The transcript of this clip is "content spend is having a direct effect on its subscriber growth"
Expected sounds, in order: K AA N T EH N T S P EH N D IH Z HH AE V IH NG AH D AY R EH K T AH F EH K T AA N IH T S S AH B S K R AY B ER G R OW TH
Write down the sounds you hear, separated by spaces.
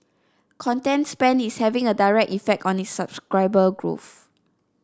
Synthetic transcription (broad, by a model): K AA N T EH N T S P EH N IH S HH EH V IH NG AH D AY R EH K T AH F EH K T AA N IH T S S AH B S K R AY B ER G R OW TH